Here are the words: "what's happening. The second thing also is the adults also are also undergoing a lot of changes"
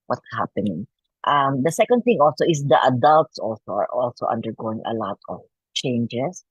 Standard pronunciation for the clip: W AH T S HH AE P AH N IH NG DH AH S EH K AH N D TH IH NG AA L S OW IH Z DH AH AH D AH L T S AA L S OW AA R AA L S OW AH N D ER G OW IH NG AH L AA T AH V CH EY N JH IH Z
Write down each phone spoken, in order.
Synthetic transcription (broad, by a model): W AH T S HH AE P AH N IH NG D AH S EH K AH N D TH IH NG AA L S OW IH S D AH AH D AH L T S AA L S OW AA R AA L S OW AH N D ER G OW IH NG AH L AA T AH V CH EY N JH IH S